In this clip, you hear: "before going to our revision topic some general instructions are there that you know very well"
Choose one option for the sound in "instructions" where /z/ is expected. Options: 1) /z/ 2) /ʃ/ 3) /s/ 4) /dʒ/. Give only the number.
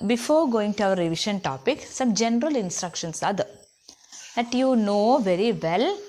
3